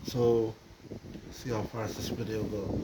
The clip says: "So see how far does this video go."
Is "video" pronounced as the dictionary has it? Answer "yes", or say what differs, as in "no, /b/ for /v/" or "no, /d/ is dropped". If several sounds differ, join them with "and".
no, /p/ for /v/